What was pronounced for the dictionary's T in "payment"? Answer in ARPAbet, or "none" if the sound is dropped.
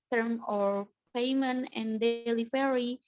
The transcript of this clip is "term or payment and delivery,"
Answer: none